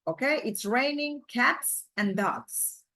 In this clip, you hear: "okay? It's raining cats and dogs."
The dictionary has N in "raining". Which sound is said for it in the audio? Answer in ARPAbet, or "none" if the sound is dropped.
N